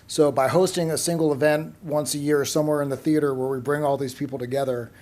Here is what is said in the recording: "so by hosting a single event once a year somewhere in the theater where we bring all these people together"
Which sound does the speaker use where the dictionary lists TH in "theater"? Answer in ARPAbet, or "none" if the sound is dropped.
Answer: TH